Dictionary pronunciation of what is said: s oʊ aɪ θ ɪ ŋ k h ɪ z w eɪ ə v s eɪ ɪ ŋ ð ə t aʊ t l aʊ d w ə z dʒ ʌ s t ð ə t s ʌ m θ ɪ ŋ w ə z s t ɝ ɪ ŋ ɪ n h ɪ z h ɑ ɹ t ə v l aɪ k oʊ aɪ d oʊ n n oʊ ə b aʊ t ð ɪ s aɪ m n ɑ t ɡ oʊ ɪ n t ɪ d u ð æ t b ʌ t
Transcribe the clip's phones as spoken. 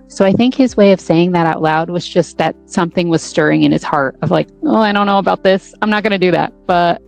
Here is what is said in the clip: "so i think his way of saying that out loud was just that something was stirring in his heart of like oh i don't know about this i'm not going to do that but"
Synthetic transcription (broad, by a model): s oʊ aɪ θ ɪ ŋ k h ɪ z w eɪ ə v s eɪ ɪ ŋ ð ə t aʊ t l aʊ d w ə z dʒ ʌ s t ð ə t s ʌ m θ ɪ ŋ w ə z s t ɝ ɪ ŋ ɪ n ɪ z h ɑ ɹ t ə v l aɪ k oʊ aɪ d oʊ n n oʊ ə b aʊ t ð ɪ s aɪ m n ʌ t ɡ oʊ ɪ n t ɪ d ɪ ð æ t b ʌ t